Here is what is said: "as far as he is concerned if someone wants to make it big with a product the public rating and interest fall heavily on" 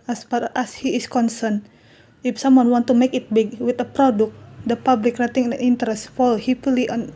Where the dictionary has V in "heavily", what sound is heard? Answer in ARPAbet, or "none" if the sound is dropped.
F